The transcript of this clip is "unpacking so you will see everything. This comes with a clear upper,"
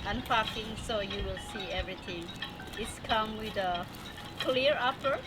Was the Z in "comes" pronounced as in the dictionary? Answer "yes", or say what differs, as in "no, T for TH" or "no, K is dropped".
no, Z is dropped